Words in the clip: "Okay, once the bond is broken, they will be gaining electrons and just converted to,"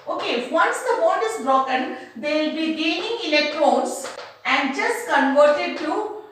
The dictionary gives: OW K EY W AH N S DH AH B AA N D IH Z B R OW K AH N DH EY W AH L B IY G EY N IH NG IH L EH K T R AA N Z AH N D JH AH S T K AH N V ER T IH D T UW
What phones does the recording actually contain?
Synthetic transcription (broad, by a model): OW K EY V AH N S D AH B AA D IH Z B R OW K AH N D EY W L B IY G EY N IH NG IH L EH K T R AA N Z AH N D JH AH S T K AH N V ER T IH D T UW